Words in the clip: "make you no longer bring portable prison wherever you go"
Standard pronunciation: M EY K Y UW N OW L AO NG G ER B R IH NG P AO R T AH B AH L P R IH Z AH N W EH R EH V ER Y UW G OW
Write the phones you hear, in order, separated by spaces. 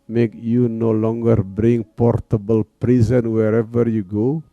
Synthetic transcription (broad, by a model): M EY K Y UW N OW L AO NG G ER B R IH NG P AO R T AH B AH L P R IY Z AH N W EH R EH V ER Y UW G OW